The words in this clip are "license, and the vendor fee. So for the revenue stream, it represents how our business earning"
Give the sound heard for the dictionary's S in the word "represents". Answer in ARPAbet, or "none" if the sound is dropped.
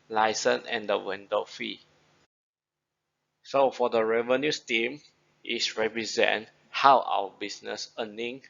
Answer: none